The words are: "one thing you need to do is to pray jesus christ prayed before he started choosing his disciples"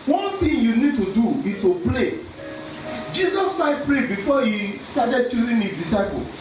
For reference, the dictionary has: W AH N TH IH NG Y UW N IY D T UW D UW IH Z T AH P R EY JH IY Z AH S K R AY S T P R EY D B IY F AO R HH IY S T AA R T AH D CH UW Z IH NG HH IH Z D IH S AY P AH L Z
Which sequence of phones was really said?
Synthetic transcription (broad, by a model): W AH N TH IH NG Y UW N IY D T UW D UW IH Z T AH P L EY JH IY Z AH S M AY T P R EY B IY F AO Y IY S T AA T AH D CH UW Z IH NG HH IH D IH S AY P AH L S